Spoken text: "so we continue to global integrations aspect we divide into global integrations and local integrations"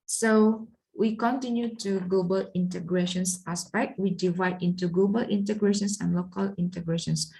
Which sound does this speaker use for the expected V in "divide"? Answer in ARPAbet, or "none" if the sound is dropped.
V